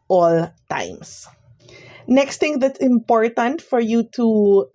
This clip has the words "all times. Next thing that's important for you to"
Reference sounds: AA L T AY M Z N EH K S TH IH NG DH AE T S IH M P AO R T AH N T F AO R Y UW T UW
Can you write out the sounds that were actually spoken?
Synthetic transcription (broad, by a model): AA L T AY M S N EH K S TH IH NG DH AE T S IH M P AO R T AH N T F AO R Y UW T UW